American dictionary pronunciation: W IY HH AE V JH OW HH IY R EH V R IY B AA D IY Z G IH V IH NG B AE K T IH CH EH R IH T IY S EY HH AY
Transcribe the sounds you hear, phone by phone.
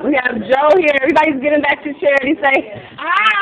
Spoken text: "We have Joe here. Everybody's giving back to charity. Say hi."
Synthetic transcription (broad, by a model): W IY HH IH V JH OW HH IY R EH V R IY B AA D IY Z G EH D IH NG B AE K T IH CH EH R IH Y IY S EY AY